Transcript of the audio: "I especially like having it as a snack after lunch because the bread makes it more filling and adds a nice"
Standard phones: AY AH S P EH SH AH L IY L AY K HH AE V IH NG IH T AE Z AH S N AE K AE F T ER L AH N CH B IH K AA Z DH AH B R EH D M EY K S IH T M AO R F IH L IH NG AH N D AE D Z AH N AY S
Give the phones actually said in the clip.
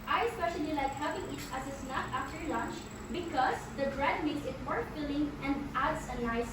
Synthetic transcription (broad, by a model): AY AH S P EH SH AH L IY L AY K HH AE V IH NG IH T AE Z AH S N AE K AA F T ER L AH N CH B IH K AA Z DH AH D R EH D M EY K S IH T M AO R F IH L IH NG AH N D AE D S AH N AY S